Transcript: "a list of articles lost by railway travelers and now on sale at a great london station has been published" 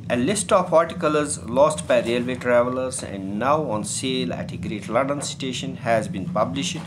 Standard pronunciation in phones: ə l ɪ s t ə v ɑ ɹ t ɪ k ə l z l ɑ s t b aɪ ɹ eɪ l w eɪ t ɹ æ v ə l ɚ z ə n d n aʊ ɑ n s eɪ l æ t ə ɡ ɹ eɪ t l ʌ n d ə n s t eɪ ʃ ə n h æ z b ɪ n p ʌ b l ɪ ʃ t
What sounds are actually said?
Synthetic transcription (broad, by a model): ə l ɪ s t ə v ɑ ɹ t ɪ k ə l z l ɑ s t b aɪ ɹ eɪ l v eɪ t ɹ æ v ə l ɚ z ə n d n aʊ ɑ n s eɪ l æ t ə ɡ ɹ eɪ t l ʌ n d ə n s t eɪ ʃ ə n h æ z b ɪ n p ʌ b l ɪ ʃ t